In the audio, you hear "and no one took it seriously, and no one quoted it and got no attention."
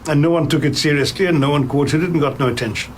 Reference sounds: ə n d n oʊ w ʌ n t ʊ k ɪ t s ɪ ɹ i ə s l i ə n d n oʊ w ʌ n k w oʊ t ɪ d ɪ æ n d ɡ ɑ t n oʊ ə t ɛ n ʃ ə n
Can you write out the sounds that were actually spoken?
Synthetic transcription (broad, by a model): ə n n oʊ w ʌ n t ʊ k ɪ t s ɪ ɹ i ə s l i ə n n oʊ w ʌ n k w oʊ t ɪ d ɪ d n ɡ ɑ t n oʊ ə t ɛ n ʃ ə n